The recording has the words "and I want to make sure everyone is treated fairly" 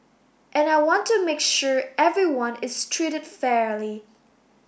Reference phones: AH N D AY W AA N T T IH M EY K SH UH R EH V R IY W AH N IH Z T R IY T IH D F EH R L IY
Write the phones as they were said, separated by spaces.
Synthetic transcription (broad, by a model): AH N AY W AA N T T IH M EY K SH UH R EH V R IY W AH N IH Z T R IY T IH D F EH R L IY